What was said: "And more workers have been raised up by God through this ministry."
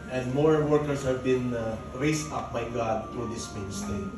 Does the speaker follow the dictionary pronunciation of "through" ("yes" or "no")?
no